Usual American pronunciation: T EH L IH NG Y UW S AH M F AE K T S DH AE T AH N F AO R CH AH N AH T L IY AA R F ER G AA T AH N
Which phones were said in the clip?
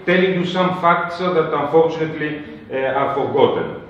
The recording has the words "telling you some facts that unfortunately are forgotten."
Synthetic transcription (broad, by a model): T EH L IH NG Y UW S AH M F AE K T S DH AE T AH N F AO R CH AH N AH T L IY AA R F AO G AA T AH N